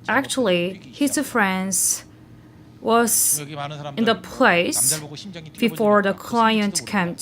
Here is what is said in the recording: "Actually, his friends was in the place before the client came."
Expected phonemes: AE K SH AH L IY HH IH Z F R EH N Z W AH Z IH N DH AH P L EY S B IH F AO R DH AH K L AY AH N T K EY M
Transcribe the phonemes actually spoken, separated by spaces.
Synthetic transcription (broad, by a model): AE K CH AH L IY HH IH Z F R EH N Z W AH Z IH N DH AH P L EY S B IH F AO R DH AH K L AY AH N T K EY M